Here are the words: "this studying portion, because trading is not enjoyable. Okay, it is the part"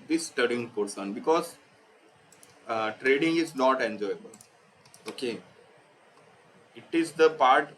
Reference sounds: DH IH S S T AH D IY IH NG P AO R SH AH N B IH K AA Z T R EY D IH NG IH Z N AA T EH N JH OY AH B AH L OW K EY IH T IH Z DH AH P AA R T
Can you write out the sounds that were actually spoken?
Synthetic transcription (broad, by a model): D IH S S T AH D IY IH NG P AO R S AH N B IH K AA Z T R EY D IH NG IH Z N AA T EH N JH OY AH B AH L OW K EY IH T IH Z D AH P AA R T